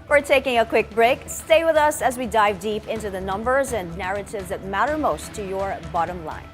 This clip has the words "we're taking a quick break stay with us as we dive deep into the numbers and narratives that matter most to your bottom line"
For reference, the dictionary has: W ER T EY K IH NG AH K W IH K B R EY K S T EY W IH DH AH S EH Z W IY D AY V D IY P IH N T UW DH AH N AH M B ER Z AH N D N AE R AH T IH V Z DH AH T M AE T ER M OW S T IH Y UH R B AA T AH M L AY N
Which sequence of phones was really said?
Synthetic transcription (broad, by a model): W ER T EY K IH NG AH K W IH K B R EY K S T EY W IH DH AH S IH Z W IY D AY V D IY P IH N T UW DH AH N AH M B ER Z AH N N AE R AH T IH V Z DH AH T M AE T ER M OW S T IH Y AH R B AA T AH M L AY N